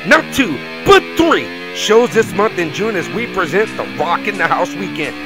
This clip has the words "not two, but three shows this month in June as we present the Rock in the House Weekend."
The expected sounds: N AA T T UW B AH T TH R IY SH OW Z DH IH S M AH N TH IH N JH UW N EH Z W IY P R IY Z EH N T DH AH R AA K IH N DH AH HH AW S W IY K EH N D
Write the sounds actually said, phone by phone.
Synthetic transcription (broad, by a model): N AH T T UW B AH T TH R IY SH OW Z DH IH S M AH N TH IH N JH UW N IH Z W IY P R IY Z EH N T DH AH R AA K IH N DH AH HH AW S W IY K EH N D